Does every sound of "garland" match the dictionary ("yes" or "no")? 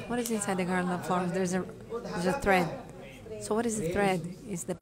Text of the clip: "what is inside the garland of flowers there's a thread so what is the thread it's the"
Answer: no